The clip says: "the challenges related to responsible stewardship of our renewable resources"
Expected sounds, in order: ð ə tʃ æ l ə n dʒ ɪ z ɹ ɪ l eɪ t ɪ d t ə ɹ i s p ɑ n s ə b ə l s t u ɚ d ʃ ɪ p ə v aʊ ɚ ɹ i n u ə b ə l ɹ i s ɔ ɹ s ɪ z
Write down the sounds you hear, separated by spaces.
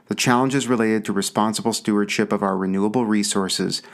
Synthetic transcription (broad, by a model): ð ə tʃ æ l ə n dʒ ɪ z ɹ ɪ l eɪ t ɪ d t ə ɹ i s p ɑ n s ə b l s t u ɚ d ʃ ɪ p ə v aʊ ɚ ɹ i n u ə b l ɹ i s ɔ ɹ s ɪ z